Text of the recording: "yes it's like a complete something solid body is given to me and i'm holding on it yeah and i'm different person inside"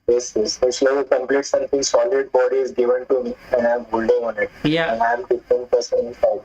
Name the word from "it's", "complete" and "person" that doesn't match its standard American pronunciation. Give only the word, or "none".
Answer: it's